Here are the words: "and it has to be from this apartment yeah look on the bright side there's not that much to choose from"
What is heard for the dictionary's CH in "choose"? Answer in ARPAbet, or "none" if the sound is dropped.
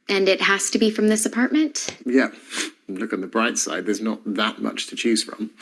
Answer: CH